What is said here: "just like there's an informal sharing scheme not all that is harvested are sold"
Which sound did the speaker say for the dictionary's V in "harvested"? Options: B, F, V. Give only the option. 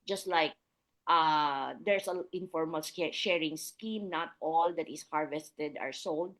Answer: V